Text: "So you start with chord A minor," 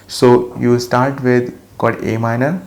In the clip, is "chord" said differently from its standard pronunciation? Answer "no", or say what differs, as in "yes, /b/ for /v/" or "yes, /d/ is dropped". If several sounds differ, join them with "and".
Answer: yes, /l/ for /ɹ/